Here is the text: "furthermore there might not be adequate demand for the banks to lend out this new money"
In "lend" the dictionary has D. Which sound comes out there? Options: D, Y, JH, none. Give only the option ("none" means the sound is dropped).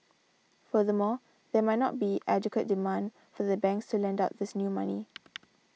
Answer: D